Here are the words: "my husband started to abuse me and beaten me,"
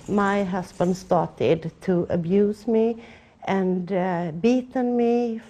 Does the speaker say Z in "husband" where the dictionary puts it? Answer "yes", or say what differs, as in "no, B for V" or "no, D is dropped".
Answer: no, S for Z